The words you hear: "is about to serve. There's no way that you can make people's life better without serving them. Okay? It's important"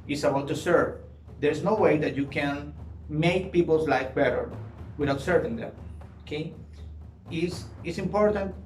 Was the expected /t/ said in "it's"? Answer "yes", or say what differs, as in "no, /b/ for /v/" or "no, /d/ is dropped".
no, /s/ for /t/